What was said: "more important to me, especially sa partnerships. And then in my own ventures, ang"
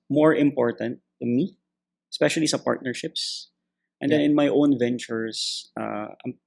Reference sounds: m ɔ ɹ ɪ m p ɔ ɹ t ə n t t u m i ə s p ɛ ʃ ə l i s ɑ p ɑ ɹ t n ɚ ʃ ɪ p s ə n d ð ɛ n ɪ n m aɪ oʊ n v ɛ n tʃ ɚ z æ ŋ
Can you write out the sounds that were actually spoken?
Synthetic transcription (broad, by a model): m ɔ ɹ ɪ m p ɔ ɹ t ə n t t u m i ə s p ɛ ʃ ə l i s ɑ p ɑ ɹ t n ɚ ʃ ɪ p s ə n d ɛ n ɪ n m aɪ oʊ n v ɛ n tʃ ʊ s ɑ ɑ